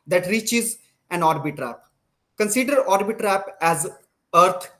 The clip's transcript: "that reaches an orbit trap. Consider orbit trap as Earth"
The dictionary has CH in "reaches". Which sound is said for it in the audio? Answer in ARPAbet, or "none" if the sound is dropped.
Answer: CH